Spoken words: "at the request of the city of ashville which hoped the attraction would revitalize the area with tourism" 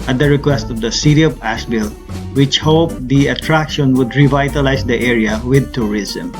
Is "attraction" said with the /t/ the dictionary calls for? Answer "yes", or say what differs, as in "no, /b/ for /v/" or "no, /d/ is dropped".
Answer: yes